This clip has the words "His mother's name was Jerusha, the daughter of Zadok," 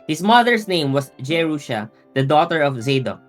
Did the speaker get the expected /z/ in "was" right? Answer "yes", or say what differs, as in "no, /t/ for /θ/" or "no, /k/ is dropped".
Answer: no, /s/ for /z/